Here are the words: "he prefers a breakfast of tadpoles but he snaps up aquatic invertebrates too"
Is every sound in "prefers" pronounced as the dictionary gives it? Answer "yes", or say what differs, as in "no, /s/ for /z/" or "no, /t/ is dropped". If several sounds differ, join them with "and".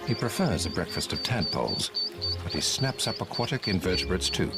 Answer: yes